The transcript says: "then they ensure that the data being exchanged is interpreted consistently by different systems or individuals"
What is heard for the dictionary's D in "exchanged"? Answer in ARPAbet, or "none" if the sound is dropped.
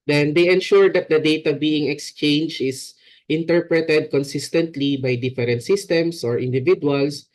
none